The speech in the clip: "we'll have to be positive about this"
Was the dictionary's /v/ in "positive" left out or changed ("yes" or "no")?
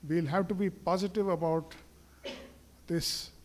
no